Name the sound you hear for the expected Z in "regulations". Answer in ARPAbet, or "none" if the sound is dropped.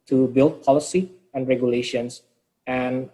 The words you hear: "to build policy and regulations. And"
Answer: S